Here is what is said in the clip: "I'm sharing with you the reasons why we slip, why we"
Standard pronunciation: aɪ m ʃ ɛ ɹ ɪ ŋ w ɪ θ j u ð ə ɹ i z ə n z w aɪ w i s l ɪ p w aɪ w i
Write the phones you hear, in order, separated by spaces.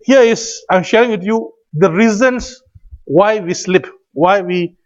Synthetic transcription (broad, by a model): aɪ m ʃ ɛ ɹ ɪ ŋ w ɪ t j u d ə ɹ i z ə n s w aɪ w i s l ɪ p w aɪ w i